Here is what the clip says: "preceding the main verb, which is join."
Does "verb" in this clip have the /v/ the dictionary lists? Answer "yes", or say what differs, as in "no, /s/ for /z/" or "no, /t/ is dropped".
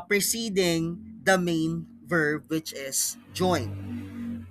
yes